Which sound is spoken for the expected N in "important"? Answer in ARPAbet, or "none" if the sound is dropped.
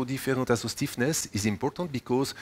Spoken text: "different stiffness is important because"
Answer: none